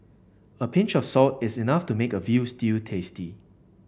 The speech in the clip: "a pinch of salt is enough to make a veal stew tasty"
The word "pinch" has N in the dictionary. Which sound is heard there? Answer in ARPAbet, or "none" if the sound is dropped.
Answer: N